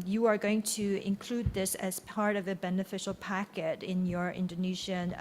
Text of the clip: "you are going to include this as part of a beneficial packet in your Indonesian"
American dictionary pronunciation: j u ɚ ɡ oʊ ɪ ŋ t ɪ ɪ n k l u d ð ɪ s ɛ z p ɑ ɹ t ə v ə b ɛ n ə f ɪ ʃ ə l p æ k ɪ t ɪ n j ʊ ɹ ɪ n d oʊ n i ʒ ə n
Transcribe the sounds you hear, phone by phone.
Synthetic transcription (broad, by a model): j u ɚ ɡ oʊ ɪ ŋ t ɪ ɪ n k l u d ð ɪ s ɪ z p ɑ ɹ t ə v ə b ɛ n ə f ɪ ʃ l p æ k ɪ t ɪ n j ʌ ɹ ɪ n d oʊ n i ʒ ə n